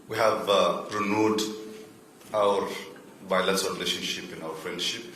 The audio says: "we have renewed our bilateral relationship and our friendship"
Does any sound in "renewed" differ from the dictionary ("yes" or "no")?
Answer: no